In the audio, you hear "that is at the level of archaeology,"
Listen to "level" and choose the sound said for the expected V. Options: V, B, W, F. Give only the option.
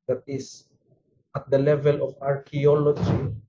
V